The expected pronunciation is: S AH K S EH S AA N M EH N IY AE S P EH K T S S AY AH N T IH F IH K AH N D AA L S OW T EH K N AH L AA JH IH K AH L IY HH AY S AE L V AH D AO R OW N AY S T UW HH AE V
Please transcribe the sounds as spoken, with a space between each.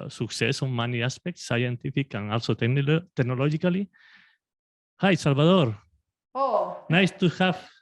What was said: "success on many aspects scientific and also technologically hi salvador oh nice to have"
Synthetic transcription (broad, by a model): S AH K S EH S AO M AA N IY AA S P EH K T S S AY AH N T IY F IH K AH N AA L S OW T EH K N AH L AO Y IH K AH L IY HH AY S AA L B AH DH AO R OW N AY S T UW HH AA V